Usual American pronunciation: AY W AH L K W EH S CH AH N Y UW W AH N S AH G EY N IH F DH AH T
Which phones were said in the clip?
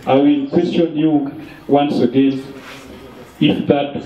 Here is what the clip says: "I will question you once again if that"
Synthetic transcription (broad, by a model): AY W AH N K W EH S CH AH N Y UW W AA N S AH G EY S IH F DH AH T